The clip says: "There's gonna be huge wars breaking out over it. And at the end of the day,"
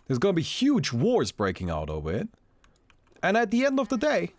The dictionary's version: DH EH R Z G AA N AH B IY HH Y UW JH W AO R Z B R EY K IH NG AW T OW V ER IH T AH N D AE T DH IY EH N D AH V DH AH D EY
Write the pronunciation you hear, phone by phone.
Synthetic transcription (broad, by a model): DH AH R Z G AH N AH B IY HH Y UW JH W AO R Z B R EY K IH NG AW T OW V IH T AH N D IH T DH IY EH N D AH V DH AH D EY